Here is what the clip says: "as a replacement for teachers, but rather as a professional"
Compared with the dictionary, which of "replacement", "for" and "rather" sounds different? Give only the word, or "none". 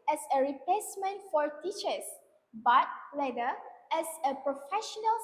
rather